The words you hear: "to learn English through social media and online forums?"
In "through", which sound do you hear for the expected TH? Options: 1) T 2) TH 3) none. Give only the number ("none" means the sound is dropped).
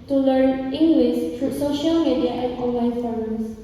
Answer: 1